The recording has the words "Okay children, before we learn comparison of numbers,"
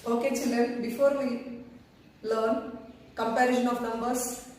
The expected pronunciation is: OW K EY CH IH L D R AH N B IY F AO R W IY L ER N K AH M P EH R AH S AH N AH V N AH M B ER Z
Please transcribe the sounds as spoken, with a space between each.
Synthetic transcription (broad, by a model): OW K EY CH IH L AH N B IY F AO R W IY L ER N K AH M P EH R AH SH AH N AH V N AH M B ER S